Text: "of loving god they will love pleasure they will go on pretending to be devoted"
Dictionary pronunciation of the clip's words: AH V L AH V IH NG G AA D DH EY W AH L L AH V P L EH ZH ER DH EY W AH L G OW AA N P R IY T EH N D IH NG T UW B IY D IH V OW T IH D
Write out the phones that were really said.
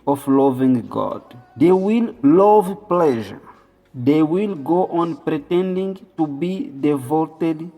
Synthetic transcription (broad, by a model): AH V L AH V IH NG G AA D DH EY W AH L L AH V P L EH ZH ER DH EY W AH L G OW AA N P R IY T EH N D IH NG T UW B IY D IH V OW T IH D